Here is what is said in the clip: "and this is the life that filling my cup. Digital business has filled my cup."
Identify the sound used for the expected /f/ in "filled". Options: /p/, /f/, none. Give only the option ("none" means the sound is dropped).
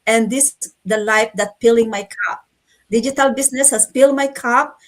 /p/